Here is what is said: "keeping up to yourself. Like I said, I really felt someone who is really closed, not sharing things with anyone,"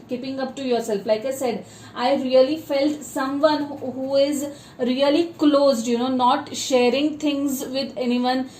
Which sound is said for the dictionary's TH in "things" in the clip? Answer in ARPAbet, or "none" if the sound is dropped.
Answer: T